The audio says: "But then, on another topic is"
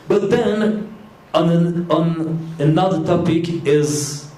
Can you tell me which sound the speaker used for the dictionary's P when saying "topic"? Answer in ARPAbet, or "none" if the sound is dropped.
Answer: P